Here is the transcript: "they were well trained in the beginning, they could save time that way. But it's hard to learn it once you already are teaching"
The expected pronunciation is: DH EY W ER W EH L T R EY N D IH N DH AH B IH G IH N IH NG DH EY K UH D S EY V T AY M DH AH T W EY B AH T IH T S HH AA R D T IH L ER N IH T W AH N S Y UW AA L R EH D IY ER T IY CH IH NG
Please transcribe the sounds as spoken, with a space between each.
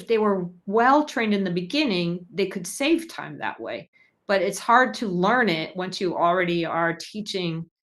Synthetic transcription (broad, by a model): DH EY W ER W EH L T R EY N D IH N DH AH B IH G IH N IH NG DH EY K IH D S EY V T AY M DH AH T W EY B AH T IH T S HH AA R D T IH L ER N IH T W AH N S Y AA L R EH D IY ER T IY CH IH NG